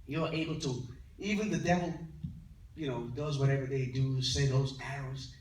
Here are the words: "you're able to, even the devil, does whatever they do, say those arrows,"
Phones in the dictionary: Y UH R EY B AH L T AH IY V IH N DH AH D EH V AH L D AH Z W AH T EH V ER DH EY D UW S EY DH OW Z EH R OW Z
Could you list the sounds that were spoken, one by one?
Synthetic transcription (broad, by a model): Y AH R EY B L T AH IY V IH N DH AH D EH V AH N D AH Z W AH T EH V ER DH EY D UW S EY DH OW Z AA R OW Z